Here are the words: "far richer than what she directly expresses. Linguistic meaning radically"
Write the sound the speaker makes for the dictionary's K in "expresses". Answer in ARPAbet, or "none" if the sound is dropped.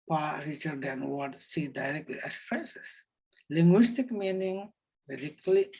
none